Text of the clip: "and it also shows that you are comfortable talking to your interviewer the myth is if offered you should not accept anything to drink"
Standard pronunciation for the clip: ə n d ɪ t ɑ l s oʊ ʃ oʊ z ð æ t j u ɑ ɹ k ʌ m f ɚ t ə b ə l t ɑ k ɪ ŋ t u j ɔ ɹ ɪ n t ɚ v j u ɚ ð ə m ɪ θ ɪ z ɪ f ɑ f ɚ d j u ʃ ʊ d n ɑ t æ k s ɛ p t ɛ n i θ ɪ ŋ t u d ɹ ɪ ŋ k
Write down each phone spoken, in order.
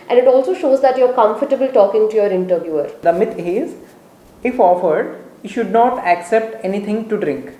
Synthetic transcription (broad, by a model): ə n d ɪ t ɑ l s oʊ ʃ oʊ z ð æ t j u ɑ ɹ k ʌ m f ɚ t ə b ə l t ɑ k ɪ ŋ t u j ɔ ɹ ɪ n t ɚ v j u ɚ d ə m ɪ t ɪ z ɪ f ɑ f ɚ d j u ʃ ʊ d n ɑ t æ k s ɛ p t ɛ n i t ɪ ŋ t u d ɹ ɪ ŋ k